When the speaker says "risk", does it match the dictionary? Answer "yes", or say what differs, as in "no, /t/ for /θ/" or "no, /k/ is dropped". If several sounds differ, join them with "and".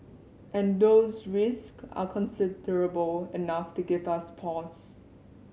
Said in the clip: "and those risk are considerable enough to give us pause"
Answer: yes